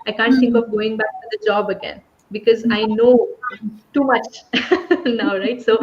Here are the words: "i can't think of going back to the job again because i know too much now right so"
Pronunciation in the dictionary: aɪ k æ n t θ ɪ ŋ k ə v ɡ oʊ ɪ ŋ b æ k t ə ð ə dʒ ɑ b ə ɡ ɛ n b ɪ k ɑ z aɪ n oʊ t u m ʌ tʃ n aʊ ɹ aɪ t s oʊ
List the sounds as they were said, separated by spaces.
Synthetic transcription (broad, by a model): aɪ k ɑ n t t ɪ ŋ k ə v ɡ oʊ ɪ ŋ b æ k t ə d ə dʒ ɑ b ə ɡ ɛ n b ɪ k ɑ z aɪ n oʊ t u m ʌ tʃ n aʊ ɹ aɪ t s oʊ